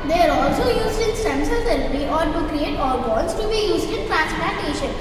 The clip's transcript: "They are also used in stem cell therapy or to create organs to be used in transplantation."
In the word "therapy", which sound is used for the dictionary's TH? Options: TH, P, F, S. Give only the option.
S